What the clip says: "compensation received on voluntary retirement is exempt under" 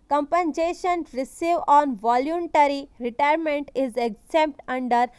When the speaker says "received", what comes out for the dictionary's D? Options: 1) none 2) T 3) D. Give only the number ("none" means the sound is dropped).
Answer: 1